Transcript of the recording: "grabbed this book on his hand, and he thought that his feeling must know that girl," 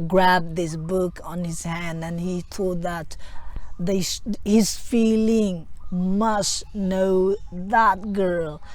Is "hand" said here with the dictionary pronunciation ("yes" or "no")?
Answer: yes